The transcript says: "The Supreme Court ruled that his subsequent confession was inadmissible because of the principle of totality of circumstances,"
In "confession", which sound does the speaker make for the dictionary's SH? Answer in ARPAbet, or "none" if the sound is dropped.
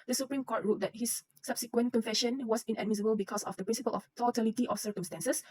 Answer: SH